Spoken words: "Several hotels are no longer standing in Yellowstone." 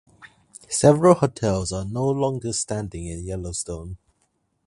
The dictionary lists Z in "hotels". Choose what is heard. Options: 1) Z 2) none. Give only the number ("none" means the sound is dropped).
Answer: 1